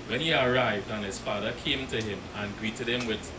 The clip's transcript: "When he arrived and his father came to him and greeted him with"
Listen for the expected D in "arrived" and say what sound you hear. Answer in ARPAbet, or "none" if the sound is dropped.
D